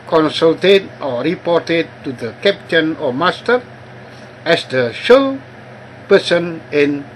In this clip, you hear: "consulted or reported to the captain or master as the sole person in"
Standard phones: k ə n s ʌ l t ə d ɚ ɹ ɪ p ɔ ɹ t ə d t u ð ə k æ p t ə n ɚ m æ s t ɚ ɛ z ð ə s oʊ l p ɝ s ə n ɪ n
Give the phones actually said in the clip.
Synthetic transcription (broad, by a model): k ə n s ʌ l t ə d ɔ ɹ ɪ p ɔ t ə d t u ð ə k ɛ p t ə n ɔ m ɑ s t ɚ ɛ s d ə ʃ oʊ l p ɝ s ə n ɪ n